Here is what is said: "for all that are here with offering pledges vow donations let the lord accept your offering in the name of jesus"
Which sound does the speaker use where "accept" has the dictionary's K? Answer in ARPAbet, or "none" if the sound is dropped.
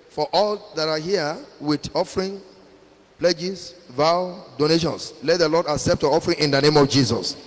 K